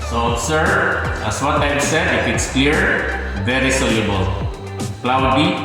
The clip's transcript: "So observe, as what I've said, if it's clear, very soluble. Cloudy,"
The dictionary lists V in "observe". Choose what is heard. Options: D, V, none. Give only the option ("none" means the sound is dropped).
none